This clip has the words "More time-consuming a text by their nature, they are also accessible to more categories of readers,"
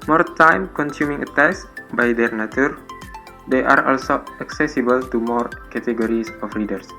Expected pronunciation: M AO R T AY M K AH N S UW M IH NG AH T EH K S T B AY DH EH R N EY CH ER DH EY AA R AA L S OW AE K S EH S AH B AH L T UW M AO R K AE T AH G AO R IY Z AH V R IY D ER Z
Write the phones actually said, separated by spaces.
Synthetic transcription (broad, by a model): M AO R T AY M K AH N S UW M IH NG AH T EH S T B AY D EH R N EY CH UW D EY AA R AA L S OW AE K S EH S AH B AH L T UW M AO R K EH T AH G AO R IY S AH F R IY D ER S